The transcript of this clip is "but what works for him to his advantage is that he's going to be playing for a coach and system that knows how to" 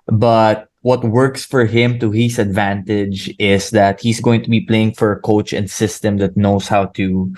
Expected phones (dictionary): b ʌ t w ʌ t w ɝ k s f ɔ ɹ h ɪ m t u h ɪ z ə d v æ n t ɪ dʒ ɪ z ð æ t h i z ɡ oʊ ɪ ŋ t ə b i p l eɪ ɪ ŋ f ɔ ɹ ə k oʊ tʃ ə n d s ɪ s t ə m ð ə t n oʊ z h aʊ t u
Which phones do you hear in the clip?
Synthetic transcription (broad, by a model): b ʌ t w ʌ t w ɝ k s f ɔ ɹ h ɪ m t u h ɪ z ə d v æ n t ɪ dʒ ɪ s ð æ t h i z ɡ oʊ ɪ ŋ t ə b i p l eɪ ɪ ŋ f ɔ ɹ ə k oʊ tʃ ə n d s ɪ s t ə m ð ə t n oʊ s h aʊ t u